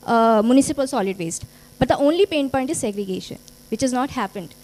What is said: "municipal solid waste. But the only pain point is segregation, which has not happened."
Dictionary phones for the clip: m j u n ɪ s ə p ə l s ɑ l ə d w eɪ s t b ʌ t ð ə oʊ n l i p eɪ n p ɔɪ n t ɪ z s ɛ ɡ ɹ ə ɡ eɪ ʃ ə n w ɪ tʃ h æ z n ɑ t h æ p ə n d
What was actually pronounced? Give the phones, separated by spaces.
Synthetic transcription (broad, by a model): m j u n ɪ s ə p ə l s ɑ l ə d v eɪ s t b ʌ t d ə oʊ n l i p eɪ n p ɔɪ n t ɪ z s ɛ ɡ ɹ ə ɡ eɪ ʃ ə n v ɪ tʃ h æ z n ɑ t h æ p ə n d